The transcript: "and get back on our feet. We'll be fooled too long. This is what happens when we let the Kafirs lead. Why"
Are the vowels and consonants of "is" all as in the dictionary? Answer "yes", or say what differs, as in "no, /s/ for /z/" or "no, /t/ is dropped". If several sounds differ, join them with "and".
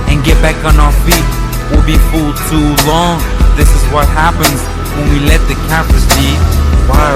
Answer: yes